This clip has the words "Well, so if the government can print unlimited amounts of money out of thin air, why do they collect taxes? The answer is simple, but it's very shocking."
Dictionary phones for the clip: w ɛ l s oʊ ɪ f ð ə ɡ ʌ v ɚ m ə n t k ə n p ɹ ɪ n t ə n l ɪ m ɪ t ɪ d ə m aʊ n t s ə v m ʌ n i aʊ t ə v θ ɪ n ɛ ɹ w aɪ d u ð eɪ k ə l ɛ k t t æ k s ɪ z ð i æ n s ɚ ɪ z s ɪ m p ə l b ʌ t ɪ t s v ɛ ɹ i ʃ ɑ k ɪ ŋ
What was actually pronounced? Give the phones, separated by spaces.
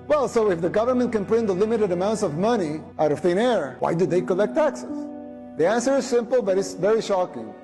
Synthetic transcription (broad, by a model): w ɛ l s oʊ ɪ f ð ə ɡ ʌ v ɚ m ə n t k ə n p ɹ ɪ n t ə l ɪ m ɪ t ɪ d ə m aʊ n t s ə v m ʌ n i aʊ t ə v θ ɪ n ɛ ɹ w aɪ d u ð eɪ k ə l ɛ k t t æ k s ɪ z ð i æ n s ɚ ɪ z s ɪ m p l b ʌ t ɪ t s v ɛ ɹ i ʃ ɑ k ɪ ŋ